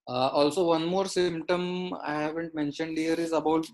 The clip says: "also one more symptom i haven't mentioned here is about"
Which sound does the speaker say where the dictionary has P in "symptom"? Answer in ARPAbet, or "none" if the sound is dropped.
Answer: P